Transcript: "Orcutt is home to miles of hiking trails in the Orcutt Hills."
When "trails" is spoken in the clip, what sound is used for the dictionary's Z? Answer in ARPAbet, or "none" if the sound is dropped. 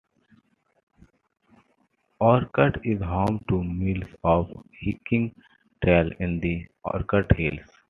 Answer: none